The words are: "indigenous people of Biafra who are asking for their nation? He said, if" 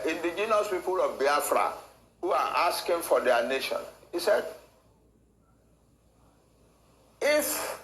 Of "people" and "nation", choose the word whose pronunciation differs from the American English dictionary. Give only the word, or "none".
none